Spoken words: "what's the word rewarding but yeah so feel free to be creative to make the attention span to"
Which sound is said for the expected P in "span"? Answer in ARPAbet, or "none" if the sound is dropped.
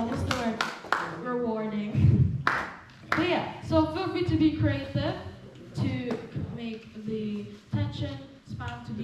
F